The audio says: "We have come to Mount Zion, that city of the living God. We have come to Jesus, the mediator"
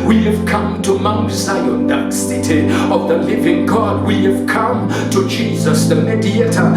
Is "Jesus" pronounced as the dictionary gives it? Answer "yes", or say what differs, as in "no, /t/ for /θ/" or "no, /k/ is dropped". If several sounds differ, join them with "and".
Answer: yes